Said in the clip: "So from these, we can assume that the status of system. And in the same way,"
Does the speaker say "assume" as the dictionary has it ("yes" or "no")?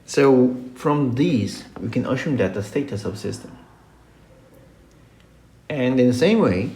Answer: no